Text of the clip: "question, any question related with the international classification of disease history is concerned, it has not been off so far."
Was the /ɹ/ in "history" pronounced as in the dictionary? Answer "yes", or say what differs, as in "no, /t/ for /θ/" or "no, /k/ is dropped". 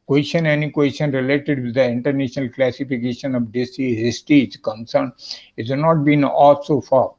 no, /ɹ/ is dropped